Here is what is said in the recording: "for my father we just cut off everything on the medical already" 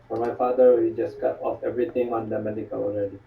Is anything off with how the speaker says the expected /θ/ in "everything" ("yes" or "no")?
yes